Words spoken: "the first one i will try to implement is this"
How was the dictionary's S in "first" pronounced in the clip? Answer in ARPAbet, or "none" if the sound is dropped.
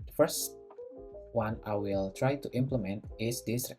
S